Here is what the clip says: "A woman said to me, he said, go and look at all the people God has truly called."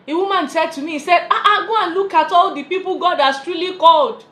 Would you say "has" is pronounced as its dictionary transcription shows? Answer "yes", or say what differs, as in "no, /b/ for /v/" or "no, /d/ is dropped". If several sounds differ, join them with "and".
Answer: no, /s/ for /z/